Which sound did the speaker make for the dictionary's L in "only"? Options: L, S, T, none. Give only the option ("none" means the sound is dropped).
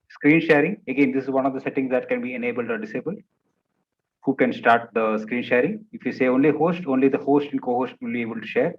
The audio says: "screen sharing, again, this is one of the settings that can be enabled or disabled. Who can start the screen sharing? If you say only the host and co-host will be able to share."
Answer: L